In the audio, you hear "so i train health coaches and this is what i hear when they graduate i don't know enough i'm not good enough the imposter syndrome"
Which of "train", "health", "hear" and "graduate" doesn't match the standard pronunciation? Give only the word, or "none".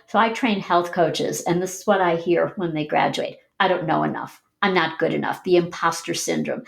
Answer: none